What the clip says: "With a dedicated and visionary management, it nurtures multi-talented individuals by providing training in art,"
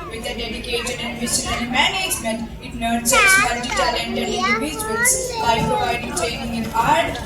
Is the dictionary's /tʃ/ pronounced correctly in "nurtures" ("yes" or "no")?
no